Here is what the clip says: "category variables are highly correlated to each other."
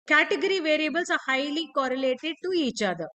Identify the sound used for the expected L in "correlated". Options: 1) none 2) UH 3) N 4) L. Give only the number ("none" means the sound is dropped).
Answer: 4